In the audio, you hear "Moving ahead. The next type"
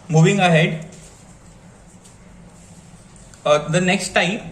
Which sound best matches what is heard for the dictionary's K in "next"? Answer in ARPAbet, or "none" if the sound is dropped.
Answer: K